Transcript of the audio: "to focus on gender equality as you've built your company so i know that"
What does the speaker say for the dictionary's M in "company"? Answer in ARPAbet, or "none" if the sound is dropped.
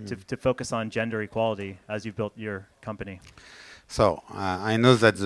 M